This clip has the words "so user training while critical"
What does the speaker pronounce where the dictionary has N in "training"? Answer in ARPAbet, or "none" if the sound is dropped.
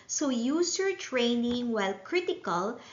N